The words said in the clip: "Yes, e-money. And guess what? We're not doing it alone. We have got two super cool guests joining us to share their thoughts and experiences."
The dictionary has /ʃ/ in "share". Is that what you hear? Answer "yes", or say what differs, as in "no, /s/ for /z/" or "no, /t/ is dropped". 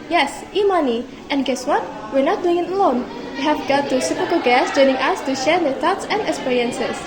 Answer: yes